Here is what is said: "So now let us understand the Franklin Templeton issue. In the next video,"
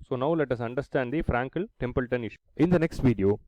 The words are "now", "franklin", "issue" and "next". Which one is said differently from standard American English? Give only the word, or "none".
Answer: franklin